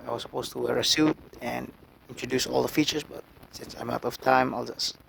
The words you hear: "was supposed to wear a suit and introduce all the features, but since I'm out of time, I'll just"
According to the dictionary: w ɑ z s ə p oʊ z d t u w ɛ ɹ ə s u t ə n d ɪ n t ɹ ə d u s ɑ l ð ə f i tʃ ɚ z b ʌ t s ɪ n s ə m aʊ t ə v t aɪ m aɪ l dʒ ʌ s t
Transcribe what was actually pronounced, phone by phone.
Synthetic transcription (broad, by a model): w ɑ s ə p oʊ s t u w ɛ ɹ ə s u t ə n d ɪ n t ɹ ə d u s ɑ l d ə f i tʃ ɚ s b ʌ t s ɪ n s ə m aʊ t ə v t aɪ m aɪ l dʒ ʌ s